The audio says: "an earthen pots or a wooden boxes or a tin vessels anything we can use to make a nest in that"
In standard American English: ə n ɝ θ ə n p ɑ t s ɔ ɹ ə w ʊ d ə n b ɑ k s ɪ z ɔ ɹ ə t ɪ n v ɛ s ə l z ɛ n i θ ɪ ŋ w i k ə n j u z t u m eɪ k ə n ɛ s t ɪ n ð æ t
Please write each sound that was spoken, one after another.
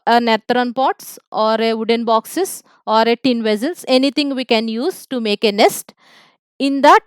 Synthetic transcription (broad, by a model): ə n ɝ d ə n p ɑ t s ɔ ɹ ə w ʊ d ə n b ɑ k s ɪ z ɔ ɹ ə t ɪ n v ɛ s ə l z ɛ n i t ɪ ŋ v i k ə n j u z t u m eɪ k ə n ɛ s t ɪ n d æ t